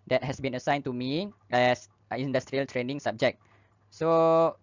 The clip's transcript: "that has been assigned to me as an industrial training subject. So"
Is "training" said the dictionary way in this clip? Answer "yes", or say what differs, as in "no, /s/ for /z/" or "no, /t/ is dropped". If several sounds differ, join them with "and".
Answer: yes